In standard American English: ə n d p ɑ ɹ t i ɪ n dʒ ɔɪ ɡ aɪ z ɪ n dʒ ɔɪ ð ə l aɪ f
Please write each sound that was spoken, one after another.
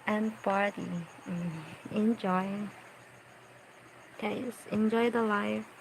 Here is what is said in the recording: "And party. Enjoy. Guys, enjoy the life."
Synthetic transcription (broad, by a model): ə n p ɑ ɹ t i ɪ n dʒ ɔɪ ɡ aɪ s ɪ n dʒ ɔɪ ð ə l aɪ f